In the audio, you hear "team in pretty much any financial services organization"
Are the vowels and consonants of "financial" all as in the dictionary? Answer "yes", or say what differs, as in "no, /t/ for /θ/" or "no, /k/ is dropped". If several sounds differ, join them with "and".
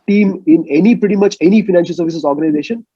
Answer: yes